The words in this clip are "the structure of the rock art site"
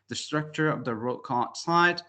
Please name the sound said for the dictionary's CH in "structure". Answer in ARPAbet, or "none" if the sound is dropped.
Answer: CH